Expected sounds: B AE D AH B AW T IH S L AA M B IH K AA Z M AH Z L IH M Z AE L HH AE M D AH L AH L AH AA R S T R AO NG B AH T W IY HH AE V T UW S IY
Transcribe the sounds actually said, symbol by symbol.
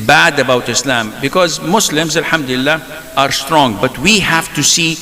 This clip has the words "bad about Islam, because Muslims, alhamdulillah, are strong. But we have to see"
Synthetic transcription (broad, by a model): B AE D AH B AW T IH S L AA M B IH K AA Z M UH S L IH M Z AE L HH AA M D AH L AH L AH AA R S T R AO NG B AH T W IY HH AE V T UW S IY